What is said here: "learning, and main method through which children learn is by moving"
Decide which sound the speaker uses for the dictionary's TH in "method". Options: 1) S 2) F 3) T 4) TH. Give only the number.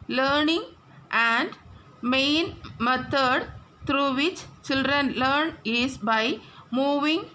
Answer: 3